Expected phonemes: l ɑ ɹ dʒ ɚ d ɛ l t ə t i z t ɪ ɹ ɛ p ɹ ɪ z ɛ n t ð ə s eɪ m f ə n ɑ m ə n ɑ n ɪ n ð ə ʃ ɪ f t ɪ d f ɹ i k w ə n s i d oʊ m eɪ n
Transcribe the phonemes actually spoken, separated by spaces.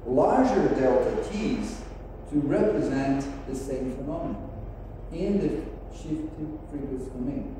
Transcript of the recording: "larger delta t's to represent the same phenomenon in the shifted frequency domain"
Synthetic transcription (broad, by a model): l ɑ ɹ dʒ ɚ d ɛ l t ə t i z t ɪ ɹ ɛ p ɹ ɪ z ɛ n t ð ə s eɪ m f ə n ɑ m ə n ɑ ɪ n ð ə ʃ ɪ f t ɪ d p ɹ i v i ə s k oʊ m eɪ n